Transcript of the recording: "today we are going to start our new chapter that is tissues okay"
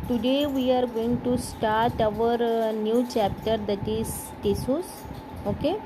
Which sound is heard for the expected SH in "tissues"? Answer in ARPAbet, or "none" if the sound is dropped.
S